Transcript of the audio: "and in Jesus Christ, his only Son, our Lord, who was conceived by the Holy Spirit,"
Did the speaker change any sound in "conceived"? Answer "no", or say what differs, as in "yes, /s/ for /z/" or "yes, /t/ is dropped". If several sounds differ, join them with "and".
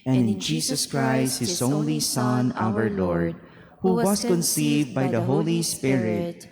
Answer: no